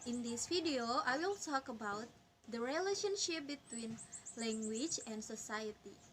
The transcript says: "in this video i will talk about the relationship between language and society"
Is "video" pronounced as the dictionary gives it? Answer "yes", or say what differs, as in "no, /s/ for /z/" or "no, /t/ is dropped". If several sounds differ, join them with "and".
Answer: no, /f/ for /v/